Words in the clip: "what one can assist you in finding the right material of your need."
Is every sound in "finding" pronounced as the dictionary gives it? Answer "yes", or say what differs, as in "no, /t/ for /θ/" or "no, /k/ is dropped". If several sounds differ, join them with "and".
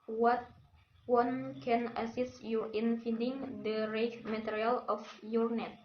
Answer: no, /n/ is dropped